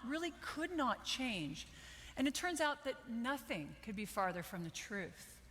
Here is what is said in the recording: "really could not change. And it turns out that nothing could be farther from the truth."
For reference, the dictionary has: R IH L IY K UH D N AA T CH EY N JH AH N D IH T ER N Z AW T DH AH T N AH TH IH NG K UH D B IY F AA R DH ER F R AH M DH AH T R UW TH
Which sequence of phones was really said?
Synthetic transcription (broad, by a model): R IH L IY K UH D N AA T CH EY N JH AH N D IH T ER N Z AW T DH AH T N AH TH IH NG K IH D B IY F AA R DH ER F R AH M DH AH T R UW TH